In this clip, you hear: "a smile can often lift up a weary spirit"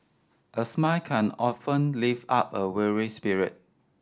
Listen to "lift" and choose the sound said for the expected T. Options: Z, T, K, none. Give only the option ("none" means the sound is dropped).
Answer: none